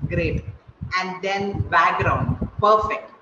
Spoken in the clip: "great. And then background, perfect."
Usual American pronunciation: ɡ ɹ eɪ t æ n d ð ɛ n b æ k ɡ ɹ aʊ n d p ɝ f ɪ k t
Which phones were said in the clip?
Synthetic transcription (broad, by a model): ɡ ɹ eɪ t æ n d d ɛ n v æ ɡ ɹ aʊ n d p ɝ f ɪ k t